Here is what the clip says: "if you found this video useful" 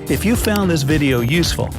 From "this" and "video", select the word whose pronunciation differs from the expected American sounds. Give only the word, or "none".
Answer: none